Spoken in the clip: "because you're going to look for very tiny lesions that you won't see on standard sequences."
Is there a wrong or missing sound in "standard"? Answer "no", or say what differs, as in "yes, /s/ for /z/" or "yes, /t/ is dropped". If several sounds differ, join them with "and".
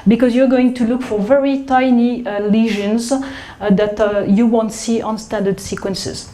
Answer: no